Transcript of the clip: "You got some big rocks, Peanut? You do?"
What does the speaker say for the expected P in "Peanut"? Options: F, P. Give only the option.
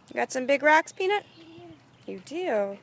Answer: P